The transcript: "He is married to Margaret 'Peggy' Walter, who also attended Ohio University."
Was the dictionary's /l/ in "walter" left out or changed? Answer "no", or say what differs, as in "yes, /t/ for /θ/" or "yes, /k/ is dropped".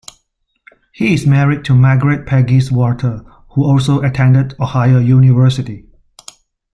yes, /l/ is dropped